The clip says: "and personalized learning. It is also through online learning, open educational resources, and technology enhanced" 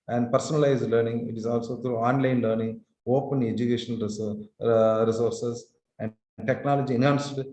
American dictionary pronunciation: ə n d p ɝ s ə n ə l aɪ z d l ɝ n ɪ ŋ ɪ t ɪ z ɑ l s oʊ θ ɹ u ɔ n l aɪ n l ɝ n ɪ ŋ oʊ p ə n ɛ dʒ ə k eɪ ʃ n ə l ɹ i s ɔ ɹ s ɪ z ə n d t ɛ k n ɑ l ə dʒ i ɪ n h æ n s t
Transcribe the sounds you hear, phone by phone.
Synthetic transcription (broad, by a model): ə n d p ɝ s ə n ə l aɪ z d l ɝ n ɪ ŋ ɪ t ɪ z ɑ l s oʊ t ɹ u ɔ n l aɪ n l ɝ n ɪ ŋ oʊ p ə n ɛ dʒ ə k eɪ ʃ ə n ɹ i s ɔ ɹ s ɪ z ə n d t ɛ k n ɑ l ə dʒ i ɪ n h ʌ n s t